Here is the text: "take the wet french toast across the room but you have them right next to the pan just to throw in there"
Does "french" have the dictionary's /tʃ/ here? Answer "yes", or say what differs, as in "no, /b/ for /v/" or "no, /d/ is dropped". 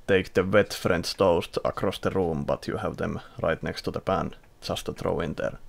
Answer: no, /s/ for /tʃ/